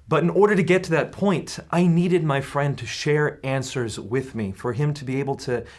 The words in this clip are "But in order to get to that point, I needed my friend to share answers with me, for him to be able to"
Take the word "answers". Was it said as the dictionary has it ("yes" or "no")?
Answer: yes